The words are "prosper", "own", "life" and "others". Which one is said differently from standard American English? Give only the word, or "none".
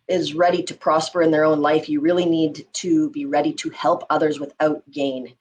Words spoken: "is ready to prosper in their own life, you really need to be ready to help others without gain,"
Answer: none